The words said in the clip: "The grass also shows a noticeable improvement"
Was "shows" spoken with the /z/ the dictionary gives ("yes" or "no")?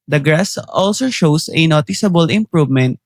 no